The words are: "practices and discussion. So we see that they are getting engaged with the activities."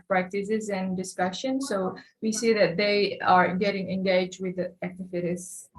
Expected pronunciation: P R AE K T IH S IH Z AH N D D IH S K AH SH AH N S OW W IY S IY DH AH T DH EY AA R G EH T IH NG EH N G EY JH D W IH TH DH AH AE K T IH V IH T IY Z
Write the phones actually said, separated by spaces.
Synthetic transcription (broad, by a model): P R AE K T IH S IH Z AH N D D IH S K AH SH AH N S OW W IY S IY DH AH T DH EY AA R G EH T IH NG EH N G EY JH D W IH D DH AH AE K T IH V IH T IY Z